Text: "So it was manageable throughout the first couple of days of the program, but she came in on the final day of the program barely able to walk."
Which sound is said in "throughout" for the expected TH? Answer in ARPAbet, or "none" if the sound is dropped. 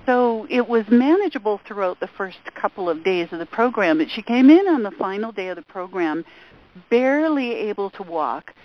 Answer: TH